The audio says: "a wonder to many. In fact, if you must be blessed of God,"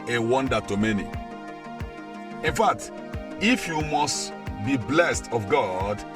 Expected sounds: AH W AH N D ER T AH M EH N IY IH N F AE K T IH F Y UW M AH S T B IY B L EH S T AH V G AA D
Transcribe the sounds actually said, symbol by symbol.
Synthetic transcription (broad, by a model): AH W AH N D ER T AH M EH N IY IH N F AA K T IH F Y UW M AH S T B IY B L EH S T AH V G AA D